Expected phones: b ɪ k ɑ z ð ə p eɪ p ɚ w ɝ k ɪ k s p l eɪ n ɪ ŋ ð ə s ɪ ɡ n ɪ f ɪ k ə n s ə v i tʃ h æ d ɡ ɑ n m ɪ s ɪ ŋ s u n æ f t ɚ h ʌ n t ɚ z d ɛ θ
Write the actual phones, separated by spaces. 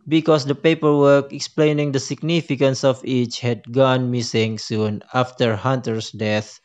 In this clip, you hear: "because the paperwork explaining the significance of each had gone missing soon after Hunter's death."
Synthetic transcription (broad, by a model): b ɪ k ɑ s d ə p eɪ p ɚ w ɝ k ɪ k s p l eɪ n ɪ ŋ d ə s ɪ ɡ n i f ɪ k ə n s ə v i tʃ h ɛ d ɡ ɑ n m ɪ s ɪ ŋ s u n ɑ f t ɚ h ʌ n t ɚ s d ɛ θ